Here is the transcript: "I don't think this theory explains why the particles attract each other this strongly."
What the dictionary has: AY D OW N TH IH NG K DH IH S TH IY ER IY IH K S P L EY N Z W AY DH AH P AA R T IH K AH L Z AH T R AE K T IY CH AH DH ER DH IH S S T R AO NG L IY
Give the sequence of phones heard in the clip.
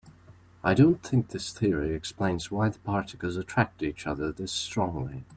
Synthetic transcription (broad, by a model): AY D OW N TH IH NG K DH IH S TH IY ER IY IH K S P L EY N Z W AY DH AH P AA R T IH K AH L Z AH T R AE K T IY CH AH DH ER DH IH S S T R AO NG L IY